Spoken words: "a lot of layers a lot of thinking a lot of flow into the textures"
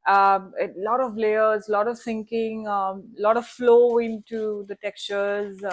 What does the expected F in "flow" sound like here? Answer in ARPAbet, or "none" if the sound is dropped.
F